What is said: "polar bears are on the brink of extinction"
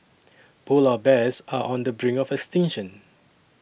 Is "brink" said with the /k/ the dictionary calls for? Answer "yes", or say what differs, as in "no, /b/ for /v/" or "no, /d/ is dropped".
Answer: no, /k/ is dropped